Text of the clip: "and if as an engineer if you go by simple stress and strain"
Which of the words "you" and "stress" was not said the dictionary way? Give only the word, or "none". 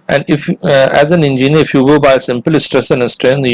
none